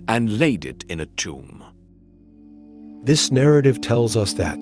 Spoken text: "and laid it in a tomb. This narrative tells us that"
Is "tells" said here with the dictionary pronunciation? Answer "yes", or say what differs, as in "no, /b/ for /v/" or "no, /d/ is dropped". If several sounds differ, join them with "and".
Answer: yes